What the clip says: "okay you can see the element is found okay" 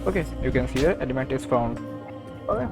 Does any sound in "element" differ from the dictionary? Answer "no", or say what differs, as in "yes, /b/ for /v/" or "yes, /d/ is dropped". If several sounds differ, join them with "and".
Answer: yes, /n/ is dropped